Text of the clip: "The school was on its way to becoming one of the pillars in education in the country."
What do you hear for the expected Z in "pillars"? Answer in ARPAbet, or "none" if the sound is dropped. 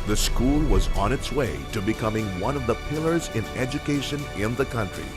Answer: Z